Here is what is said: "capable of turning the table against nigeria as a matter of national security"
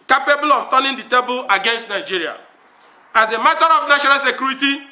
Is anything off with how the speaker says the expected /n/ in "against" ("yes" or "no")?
no